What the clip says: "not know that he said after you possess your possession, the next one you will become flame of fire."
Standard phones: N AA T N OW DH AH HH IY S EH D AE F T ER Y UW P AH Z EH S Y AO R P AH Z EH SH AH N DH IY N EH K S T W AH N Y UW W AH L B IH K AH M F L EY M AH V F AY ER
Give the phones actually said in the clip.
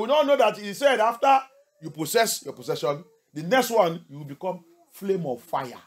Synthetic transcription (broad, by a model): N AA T N OW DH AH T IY S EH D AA F T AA Y UW P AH S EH S Y AO P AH S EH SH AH N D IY N EH K S T W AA N Y UW W AH L B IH K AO M F L EY M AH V F AY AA